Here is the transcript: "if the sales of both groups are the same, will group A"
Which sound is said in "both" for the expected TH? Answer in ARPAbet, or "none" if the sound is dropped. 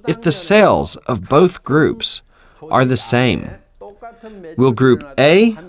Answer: TH